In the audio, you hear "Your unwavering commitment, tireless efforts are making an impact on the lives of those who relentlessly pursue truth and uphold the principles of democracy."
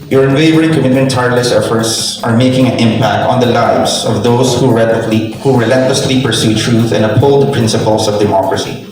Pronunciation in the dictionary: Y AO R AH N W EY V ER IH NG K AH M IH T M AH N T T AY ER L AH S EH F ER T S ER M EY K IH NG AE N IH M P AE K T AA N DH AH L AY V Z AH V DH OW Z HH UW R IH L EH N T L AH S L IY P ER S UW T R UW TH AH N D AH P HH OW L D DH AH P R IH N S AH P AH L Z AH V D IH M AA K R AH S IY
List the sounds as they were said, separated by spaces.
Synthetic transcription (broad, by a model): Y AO R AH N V EY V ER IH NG K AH M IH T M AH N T T AY ER L AH S EH F ER T S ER M EY K IH NG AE N IH M P AE K T AA N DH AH L AY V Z AH V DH OW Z HH UW R IH L EH N T L AH S L IY P ER S UW T R UW TH AH N D AH P HH OW L D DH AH P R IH N S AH P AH L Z AH V D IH M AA K R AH S IY